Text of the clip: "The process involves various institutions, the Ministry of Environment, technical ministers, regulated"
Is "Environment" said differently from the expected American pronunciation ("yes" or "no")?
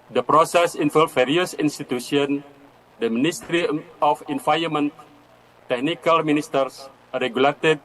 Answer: yes